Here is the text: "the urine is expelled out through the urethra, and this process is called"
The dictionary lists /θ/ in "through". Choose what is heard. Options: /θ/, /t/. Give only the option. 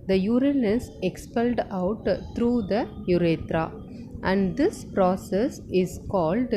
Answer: /t/